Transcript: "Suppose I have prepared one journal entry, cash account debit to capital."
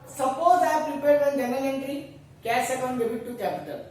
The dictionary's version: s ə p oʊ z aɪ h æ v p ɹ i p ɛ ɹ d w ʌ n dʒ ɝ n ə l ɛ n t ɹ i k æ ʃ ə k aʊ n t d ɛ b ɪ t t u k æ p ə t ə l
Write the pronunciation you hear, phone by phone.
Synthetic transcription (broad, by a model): s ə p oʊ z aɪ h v p ɹ i p ɛ ɹ d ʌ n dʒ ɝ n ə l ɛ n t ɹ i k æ s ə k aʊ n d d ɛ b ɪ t t u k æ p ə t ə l